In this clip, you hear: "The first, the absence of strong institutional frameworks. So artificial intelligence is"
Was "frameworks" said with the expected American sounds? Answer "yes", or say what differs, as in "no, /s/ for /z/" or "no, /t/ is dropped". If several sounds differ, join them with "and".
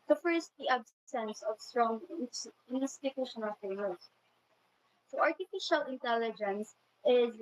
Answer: no, /ɹ/ is dropped